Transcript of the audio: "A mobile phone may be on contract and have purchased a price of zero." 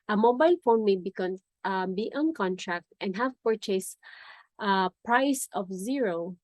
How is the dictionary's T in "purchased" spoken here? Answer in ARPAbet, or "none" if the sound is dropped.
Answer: T